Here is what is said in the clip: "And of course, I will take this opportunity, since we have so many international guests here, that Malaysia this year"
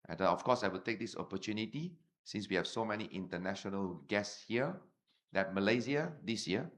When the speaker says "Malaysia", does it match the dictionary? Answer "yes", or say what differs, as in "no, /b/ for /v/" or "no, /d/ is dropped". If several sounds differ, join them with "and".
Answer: no, /z/ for /ʒ/